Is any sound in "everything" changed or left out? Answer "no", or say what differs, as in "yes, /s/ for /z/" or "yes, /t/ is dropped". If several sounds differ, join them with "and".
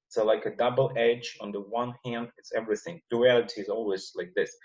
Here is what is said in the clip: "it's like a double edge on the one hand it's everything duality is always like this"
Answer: no